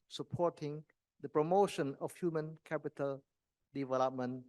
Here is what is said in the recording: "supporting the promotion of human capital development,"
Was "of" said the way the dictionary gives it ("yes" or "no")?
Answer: no